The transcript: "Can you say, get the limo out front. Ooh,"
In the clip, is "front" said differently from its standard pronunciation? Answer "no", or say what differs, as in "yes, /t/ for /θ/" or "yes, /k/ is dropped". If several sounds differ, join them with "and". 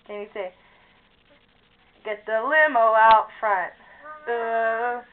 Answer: no